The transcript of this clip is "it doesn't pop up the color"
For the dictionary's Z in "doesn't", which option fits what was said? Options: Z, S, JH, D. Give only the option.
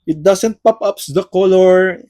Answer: S